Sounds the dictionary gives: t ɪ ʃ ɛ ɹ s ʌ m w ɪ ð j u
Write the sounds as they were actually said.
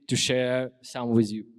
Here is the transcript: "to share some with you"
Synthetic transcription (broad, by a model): t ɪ ʃ ɛ ɹ s ʌ m w ɪ ð j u